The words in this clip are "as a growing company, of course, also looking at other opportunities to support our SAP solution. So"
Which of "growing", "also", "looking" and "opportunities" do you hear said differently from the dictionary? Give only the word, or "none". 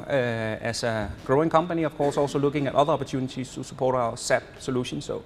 opportunities